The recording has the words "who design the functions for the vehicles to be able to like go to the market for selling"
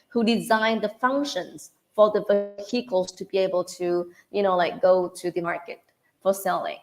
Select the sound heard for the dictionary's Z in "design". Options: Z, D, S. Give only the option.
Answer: Z